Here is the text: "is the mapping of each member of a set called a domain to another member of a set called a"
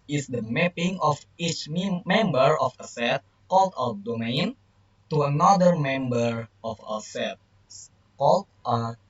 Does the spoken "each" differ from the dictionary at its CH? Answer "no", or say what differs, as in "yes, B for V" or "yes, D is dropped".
no